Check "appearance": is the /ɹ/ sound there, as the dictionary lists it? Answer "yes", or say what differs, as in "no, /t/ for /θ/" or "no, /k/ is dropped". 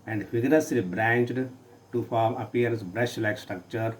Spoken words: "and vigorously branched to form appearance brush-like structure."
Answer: no, /ɹ/ is dropped